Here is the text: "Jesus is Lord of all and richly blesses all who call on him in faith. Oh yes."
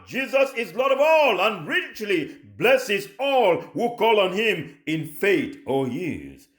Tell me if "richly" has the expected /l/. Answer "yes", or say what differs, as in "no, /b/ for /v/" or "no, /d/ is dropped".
yes